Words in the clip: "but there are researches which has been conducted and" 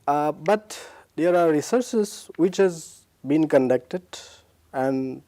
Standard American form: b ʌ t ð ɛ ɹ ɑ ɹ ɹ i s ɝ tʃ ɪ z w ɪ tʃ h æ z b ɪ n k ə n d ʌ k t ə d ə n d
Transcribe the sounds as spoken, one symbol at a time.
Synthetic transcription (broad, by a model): b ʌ t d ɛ ɹ ɑ ɹ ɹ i s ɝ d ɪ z w ɪ tʃ h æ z b ɪ n k ə n d ʌ k t ə d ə n d